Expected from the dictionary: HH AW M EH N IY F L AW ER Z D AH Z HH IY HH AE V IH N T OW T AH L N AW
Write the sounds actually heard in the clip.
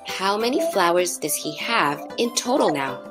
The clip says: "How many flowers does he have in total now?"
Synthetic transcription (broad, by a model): HH AW M EH N IY F L AW ER Z D AH Z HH IY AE V IH N T OW T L N AW